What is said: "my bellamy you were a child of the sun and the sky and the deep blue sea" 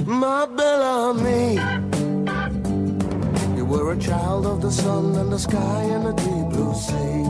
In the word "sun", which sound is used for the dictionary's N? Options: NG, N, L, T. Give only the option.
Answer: N